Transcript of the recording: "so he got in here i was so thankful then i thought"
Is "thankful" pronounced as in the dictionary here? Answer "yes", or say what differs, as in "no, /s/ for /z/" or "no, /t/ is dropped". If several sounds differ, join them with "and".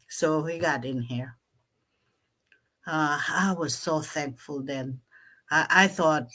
yes